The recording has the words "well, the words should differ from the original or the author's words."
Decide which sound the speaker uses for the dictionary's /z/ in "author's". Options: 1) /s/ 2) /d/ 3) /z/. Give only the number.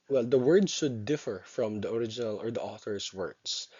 1